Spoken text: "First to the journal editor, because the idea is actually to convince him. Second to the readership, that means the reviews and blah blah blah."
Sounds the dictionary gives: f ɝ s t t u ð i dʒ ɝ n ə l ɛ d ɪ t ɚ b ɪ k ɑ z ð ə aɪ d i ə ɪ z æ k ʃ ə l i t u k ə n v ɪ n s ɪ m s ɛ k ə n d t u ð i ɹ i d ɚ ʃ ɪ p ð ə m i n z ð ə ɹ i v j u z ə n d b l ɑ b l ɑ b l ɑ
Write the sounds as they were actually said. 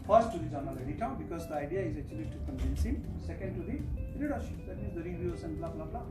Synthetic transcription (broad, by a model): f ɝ s t t u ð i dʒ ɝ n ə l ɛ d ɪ t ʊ b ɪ k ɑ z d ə aɪ d i ə ɪ z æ k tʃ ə l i t u k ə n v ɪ n s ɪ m s ɛ k ə n d t u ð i ɹ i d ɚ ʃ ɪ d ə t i z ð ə ɹ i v j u s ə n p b l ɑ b l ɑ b l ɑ